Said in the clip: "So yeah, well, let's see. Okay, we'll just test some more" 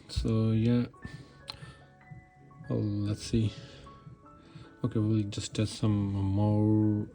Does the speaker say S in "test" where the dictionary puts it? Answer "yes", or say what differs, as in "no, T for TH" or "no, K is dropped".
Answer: no, S is dropped